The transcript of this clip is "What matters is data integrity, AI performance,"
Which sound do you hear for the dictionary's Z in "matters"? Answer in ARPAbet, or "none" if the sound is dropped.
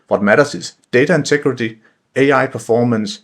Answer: S